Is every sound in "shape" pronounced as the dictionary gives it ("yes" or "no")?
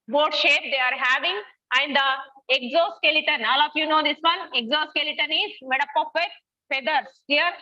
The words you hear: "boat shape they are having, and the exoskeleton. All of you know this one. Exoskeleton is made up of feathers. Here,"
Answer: yes